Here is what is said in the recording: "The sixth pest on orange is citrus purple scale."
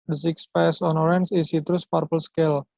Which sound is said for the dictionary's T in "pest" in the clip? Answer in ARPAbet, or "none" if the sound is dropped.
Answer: none